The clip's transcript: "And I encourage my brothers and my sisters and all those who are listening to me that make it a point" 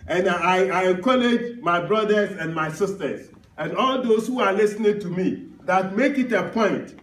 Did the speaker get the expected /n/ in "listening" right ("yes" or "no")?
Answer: yes